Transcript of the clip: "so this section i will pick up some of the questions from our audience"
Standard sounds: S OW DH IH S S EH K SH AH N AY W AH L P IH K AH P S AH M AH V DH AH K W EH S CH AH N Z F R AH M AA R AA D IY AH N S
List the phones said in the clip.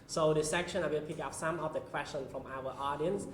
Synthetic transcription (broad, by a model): S OW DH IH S S EH K SH AH N AY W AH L P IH K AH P S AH M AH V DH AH K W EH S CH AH N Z F R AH M AA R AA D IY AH N S